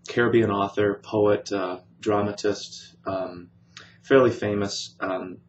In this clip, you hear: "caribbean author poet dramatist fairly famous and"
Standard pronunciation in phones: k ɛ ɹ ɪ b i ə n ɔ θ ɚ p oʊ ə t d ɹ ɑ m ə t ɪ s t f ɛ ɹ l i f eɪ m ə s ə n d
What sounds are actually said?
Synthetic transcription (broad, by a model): k ɛ ɹ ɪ b i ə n ɔ θ ɚ p oʊ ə t d ɹ ɑ m ə t ɪ s t f ɛ ɹ l i f eɪ m ə s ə